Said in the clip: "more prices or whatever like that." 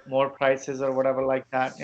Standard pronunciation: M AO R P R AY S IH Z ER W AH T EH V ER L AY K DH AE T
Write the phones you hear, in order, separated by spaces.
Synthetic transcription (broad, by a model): M AO R P R AY S IH Z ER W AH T EH V ER L AY K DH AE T